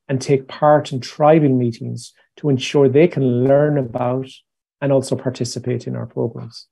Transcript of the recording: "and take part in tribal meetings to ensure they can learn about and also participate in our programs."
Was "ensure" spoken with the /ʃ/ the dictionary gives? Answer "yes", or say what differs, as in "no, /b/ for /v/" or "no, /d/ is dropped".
yes